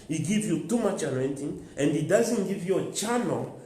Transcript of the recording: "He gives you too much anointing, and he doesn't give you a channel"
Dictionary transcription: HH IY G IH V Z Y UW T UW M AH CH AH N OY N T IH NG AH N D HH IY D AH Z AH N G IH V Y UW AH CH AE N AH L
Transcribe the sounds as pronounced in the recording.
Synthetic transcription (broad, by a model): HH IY G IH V Y UW T UW M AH CH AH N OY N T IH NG AH N D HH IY D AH Z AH N G IH V Y UW AH CH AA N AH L